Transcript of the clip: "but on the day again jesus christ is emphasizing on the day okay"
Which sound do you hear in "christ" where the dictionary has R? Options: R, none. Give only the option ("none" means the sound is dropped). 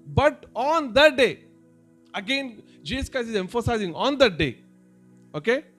none